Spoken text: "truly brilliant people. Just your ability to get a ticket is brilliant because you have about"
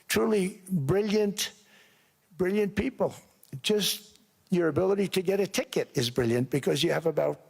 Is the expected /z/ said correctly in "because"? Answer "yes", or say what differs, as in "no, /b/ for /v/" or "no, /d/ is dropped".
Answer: yes